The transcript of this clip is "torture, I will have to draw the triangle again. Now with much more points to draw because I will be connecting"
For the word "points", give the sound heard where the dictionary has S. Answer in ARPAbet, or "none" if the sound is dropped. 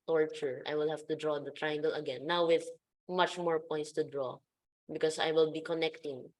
S